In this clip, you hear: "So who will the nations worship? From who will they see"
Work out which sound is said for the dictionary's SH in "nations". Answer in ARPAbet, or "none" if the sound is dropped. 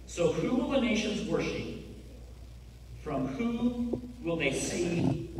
SH